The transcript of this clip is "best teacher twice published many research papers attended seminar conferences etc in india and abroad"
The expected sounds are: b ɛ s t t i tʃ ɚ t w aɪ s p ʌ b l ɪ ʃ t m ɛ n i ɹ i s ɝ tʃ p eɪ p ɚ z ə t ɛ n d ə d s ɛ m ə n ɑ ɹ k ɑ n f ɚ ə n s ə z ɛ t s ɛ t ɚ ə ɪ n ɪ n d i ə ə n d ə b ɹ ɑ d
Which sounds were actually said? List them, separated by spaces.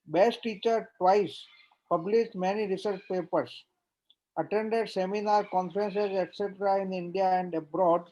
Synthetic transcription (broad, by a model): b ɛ s t t i tʃ ɚ t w aɪ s p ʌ b l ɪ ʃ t m ɛ n i ɹ i s ɝ tʃ p eɪ p ɚ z ə t ɛ n d ə d s ɛ m ə n ɑ ɹ k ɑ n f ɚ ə n s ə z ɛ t s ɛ t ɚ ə ɪ n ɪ n d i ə ə n d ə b ɹ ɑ d